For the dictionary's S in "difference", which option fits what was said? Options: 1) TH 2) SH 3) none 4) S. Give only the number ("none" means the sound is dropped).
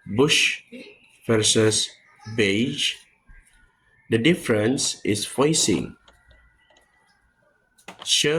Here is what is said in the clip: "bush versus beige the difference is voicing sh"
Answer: 4